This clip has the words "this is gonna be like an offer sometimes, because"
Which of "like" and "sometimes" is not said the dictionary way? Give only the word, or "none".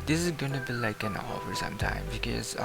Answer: sometimes